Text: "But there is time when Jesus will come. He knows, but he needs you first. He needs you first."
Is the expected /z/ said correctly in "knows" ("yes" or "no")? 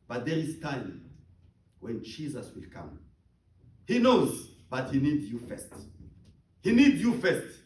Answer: yes